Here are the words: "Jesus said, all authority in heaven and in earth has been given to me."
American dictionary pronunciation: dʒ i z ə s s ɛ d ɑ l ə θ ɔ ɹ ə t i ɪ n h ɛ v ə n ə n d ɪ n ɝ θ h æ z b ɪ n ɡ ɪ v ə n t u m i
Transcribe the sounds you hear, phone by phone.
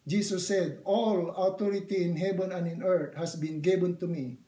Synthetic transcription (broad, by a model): dʒ i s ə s s ɛ d ɑ l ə t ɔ ɹ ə t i ɪ n h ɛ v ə n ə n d ɪ n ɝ t h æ s b ɪ n ɡ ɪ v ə n t u m i